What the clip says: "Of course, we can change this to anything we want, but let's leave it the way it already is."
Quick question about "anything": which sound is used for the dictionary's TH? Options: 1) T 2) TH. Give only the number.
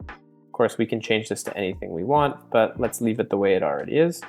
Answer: 2